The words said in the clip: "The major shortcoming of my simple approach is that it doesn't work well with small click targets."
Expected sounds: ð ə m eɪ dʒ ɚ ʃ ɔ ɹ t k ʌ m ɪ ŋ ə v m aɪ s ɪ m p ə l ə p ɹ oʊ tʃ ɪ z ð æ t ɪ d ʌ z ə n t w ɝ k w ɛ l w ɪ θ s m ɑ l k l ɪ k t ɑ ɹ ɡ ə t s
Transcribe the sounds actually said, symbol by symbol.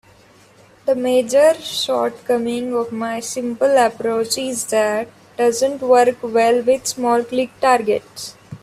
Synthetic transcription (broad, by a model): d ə m eɪ dʒ ɚ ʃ ɔ ɹ t k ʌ m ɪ ŋ ə v m aɪ s ɪ m p ə l ə p ɹ oʊ tʃ ɪ z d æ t d ʌ z ə n t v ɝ k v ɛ l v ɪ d s m ɑ l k l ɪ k t ɑ ɹ ɡ ə t s